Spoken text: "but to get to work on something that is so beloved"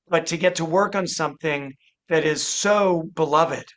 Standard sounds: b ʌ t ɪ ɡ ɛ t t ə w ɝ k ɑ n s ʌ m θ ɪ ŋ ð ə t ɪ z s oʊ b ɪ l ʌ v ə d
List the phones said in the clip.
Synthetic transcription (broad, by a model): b ʌ t ɪ ɡ ɛ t t ə w ɝ k n s ʌ m θ ɪ ŋ ð ə t ɪ z s oʊ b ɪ l ʌ v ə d